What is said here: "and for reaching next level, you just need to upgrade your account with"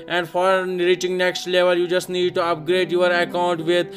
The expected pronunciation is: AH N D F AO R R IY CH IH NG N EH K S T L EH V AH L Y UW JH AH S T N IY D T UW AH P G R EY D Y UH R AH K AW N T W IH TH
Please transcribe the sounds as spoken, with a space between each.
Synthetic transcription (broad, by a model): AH N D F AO R R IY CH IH NG N EH K S T L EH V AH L Y UW JH AH S T N IY D T UW AH P G R EY D Y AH R AH K AW N T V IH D